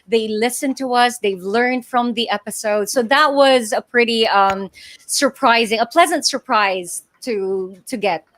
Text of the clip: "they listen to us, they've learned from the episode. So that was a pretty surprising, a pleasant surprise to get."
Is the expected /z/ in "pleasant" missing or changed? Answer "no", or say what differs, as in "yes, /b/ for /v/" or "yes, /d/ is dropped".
no